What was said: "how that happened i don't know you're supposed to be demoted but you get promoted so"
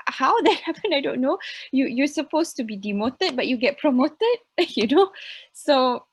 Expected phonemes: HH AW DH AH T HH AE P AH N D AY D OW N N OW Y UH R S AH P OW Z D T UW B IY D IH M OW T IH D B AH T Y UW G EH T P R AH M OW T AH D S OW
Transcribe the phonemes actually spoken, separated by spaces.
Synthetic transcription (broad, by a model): HH AW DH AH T HH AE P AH N AY D OW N N OW Y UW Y S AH P OW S T UW B IY D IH M OW T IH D B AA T Y UW G EH T P R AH M OW T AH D S OW